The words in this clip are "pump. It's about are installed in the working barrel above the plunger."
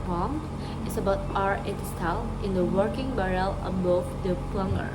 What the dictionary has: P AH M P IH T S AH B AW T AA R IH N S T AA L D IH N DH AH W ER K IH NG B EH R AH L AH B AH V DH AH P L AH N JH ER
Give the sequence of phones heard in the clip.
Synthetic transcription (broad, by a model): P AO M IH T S AH B AW T AA R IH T S T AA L IH N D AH W ER K IH NG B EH R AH L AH B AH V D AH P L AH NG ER